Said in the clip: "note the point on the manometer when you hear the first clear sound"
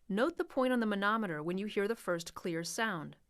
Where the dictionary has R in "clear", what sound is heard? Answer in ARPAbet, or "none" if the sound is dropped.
R